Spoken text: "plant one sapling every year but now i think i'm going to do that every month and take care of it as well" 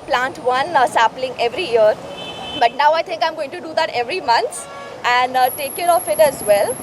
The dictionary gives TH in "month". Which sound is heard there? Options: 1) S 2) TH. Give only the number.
1